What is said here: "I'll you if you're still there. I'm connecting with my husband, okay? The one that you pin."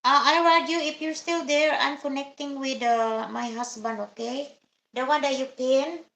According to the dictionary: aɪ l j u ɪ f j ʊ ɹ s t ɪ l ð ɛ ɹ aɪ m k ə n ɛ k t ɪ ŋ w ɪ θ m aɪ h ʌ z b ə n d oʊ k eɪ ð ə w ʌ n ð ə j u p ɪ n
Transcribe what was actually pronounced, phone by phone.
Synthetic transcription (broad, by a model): aɪ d j u ɪ f j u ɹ s t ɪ l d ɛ ɹ aɪ m k ə n ɛ k t ɪ ŋ w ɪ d m aɪ h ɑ s b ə n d oʊ k eɪ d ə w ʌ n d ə j u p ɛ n